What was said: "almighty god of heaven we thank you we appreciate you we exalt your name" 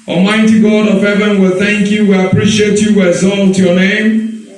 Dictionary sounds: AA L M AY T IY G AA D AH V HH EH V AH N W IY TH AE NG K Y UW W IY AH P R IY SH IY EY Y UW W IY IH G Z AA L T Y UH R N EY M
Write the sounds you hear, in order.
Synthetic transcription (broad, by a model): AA M AY T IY G AA D AH V HH EH V AH N W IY TH AE NG K Y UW W IY AH P R IY SH IY EY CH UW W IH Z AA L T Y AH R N EY M